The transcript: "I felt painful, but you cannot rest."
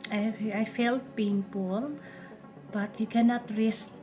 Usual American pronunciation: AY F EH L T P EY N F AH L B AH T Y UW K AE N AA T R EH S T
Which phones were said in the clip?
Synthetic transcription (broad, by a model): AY F EH L T B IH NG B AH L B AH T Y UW K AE N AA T R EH S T